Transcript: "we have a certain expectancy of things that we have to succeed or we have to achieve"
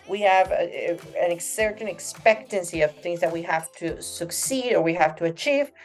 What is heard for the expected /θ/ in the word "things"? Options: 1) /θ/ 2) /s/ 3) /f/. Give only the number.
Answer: 1